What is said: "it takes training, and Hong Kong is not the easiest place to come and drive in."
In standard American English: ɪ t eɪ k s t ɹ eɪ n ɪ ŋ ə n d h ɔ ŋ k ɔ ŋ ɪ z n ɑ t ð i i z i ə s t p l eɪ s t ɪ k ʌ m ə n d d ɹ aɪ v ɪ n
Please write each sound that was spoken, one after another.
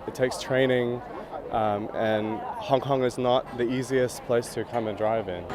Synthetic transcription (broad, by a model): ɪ t eɪ k s t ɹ eɪ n ɪ ŋ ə n h ɔ ŋ k ɔ ŋ ɪ z n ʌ t ð i i z i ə s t p l eɪ s t ɪ k ʌ m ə n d d ɹ aɪ v ɪ n